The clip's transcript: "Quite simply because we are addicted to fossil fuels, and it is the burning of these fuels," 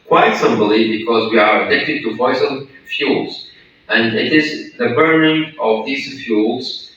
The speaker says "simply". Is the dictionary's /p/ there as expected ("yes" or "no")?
no